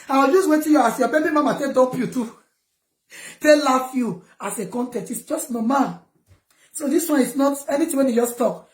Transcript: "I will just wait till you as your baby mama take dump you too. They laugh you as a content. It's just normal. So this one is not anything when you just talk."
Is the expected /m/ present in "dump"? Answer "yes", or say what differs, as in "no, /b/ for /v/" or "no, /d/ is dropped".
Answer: no, /m/ is dropped